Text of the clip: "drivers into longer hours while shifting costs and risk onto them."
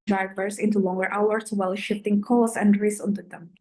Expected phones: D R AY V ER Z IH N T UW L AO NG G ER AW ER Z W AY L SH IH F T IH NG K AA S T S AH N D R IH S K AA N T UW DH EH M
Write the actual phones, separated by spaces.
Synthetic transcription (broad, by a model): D R AY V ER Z IH N T UW L AO NG G ER AW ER S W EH L SH IH F T IH NG K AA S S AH N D R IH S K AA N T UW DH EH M